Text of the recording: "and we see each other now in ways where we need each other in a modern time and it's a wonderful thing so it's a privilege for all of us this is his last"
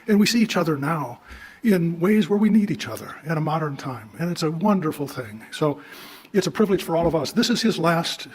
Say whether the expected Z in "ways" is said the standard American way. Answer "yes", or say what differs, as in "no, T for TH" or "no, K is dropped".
yes